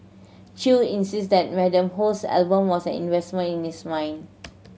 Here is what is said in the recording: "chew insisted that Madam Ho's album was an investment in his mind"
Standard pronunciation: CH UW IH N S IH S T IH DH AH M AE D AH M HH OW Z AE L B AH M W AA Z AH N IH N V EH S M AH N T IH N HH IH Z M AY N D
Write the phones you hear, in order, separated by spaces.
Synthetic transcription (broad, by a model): CH UW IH N S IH S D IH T M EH D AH M HH OW S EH L B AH M W AA S AH N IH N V EH S M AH N IH N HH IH S M AY N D